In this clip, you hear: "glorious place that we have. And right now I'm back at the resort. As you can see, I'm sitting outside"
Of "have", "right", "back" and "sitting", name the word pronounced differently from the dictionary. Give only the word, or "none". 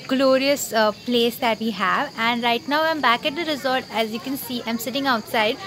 none